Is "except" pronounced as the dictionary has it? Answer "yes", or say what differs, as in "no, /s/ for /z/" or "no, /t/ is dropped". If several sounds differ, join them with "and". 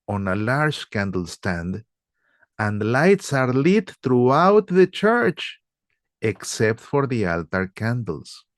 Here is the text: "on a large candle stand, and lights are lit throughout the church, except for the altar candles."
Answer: yes